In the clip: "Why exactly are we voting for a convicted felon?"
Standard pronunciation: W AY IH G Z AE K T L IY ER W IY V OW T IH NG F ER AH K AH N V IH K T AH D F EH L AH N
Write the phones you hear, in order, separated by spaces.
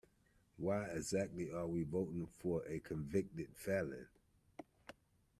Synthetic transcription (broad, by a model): W AY IH G Z AE K T L IY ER W IY V OW T IH NG F ER AH K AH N V IH K T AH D F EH L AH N